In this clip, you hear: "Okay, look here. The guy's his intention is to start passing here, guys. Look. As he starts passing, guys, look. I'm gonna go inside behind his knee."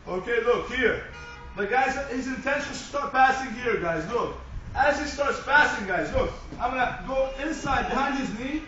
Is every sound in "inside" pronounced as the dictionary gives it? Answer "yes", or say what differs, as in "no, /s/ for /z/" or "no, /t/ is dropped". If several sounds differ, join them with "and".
yes